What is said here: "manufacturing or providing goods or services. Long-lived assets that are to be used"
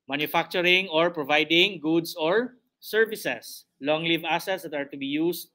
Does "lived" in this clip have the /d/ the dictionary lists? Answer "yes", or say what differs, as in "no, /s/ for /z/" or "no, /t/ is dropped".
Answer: no, /d/ is dropped